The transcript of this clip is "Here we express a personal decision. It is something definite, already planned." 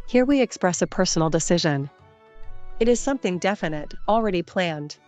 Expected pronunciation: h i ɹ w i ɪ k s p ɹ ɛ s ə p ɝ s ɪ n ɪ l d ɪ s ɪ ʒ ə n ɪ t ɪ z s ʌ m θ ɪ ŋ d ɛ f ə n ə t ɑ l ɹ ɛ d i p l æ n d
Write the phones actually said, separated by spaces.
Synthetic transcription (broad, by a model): h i ɹ w i ɪ k s p ɹ ɛ s ə p ɝ s n l d ɪ s ɪ ʒ ə n ɪ t ɪ z s ʌ m θ ɪ ŋ d ɛ f ə n ə t l ɹ ɛ d i p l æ n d